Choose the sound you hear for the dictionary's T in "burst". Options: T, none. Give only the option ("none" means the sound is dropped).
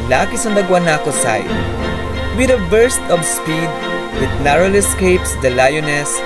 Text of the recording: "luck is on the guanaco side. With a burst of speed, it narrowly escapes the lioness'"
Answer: T